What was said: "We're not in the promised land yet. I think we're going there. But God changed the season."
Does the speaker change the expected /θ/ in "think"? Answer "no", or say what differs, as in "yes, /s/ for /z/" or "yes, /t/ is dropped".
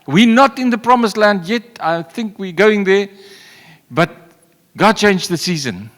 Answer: no